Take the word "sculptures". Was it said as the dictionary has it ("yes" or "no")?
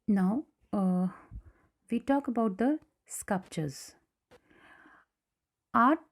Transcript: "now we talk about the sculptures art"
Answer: yes